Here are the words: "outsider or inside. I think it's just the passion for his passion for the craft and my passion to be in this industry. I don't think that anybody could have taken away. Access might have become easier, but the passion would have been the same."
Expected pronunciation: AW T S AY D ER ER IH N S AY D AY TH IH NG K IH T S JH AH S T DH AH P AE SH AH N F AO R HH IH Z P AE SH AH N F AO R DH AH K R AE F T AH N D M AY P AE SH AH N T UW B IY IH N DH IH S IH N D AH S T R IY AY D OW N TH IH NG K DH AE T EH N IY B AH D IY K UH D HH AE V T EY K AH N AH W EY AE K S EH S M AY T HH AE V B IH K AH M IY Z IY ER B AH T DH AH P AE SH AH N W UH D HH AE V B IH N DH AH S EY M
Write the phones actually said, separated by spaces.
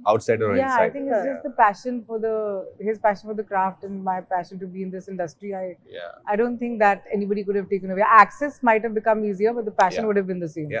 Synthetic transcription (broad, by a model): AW T S AY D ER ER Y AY AY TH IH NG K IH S JH AH S T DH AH P AE SH AH N F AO R HH IH Z P AE SH AH N F AO R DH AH K R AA F T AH N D M AY P AE SH AH N T UW B IY IH N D IH S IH N D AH S T R IY AY D OW N T IH NG K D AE T EH N IY B AH D IY K UH D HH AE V T EY K AH N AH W EY AE K S EH S M AY T HH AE V B IH K AH M IY Z IY ER B AH T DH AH P AE SH AH N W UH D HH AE V B IH N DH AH S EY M